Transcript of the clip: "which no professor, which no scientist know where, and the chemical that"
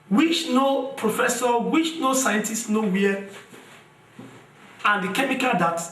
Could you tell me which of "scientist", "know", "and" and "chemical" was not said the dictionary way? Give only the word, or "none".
none